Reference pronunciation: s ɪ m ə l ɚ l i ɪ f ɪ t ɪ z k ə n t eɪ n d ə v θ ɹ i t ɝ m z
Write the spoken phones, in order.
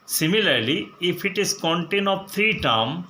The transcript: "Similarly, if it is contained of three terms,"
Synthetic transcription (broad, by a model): s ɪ m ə l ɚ l i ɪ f ɪ t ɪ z k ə n t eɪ n ə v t ɹ i t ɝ m